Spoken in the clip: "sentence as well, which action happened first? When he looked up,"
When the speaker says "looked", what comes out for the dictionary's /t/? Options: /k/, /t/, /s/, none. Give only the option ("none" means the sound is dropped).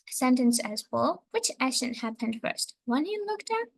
/t/